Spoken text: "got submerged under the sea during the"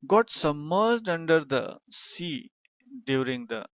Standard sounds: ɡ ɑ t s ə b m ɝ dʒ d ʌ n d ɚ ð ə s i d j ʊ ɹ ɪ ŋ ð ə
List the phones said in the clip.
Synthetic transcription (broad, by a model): ɡ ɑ t s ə m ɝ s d ʌ n d ɚ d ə s i d j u ɹ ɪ ŋ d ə